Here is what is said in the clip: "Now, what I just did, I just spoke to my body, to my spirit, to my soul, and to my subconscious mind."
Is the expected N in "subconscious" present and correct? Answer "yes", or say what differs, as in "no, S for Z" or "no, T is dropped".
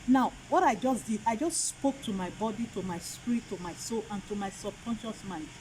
yes